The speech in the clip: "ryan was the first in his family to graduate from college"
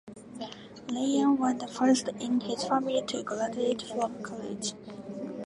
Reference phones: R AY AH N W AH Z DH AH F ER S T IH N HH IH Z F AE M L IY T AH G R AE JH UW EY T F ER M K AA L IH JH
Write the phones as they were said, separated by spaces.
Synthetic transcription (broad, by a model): L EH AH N W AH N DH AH F ER S T IH N HH IH Z F AE M L IY T AH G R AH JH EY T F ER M K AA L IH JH